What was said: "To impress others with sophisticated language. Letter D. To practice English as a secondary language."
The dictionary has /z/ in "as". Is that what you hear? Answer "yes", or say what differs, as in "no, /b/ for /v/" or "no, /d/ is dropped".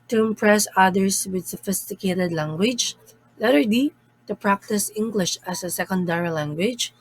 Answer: no, /s/ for /z/